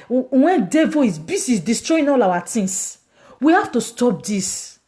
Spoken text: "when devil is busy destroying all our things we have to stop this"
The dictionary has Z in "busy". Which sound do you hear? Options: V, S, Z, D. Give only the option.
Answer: S